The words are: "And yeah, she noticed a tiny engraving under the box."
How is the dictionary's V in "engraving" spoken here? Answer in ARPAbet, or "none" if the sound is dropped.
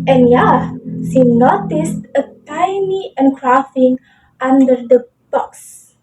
F